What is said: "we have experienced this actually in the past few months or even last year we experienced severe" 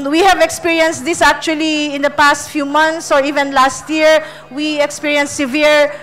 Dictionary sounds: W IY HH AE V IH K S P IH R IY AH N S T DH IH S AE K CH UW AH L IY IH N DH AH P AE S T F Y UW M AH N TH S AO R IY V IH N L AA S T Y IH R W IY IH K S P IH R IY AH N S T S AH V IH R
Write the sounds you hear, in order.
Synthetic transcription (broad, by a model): W IY HH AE V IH K S P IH R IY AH N S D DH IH S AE K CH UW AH L IY IH N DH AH P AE S T F Y UW M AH N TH S AO R IY V IH N L AA S T Y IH R W IY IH K S P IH R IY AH N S S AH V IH R